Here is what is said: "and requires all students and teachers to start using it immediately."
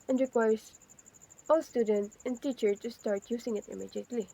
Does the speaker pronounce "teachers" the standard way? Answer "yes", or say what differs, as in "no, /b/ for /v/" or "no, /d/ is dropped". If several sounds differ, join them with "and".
no, /z/ is dropped